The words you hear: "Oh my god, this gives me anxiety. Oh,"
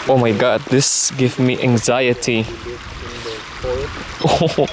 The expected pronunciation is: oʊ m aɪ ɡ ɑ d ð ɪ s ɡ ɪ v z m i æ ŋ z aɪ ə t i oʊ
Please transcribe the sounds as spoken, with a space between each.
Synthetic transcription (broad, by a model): oʊ m aɪ ɡ ɑ d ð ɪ s ɡ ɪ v m i æ ŋ z aɪ ə t i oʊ